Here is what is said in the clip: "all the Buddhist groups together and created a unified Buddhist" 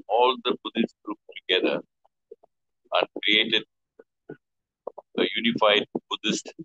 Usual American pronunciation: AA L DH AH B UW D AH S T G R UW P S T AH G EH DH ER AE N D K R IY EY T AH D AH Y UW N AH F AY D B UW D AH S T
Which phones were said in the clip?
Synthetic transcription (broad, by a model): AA L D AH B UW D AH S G R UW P T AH G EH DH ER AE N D K R IY EY T AH D AH Y UW N AH F AY D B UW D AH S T